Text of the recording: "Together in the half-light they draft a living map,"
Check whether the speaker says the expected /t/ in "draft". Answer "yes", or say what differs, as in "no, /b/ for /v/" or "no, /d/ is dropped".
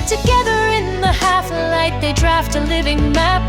yes